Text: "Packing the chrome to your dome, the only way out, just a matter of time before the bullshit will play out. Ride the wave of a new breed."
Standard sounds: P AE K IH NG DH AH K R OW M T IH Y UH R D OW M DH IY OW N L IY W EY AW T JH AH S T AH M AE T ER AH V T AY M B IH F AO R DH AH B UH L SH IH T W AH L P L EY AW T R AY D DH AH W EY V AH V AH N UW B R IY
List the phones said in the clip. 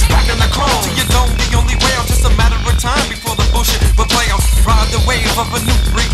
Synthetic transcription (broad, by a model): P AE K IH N DH AH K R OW T IH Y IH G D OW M DH IY OW N L IY W EY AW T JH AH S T AH M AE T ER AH T AY M B IH F AO R DH AH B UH SH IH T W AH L P L EY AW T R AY DH AH W EY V AH V AH N UW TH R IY